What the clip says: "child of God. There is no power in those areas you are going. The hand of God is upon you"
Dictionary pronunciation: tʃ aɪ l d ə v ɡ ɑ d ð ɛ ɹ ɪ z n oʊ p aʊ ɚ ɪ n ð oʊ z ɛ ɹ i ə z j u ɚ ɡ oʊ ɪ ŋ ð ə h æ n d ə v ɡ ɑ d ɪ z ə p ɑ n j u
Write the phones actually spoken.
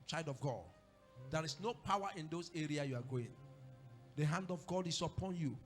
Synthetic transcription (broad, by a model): tʃ aɪ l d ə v ɡ ɑ d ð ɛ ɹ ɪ s n oʊ p aʊ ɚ ɪ n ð oʊ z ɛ ɹ i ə j u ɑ ɡ oʊ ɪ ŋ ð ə h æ n d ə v ɡ ɑ d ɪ s ə p ɑ n j u